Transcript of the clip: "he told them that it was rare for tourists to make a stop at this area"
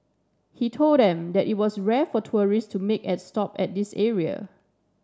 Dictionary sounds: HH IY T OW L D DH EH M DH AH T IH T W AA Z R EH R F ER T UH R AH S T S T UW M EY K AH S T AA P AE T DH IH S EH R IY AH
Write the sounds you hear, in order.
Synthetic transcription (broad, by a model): HH IY T OW L D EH M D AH T IH T W AA S R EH F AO T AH R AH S S T UW M EY K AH S T AA P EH T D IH S EH R IY AH